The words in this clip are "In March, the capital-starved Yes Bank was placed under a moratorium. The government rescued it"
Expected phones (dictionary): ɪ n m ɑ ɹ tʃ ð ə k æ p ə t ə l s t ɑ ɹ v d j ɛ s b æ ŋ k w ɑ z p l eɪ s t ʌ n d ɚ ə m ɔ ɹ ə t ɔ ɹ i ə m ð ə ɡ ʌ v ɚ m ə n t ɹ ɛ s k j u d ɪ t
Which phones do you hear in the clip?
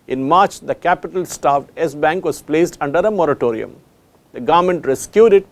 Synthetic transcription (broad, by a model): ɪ n m ɑ ɹ tʃ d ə k æ p ə t ə l s t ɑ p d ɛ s b æ ŋ k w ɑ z p l eɪ s t ʌ n d ɚ ə m ɔ ɹ ə t ɔ ɹ i ə m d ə ɡ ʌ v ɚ m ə n t ɹ ɛ s k j u d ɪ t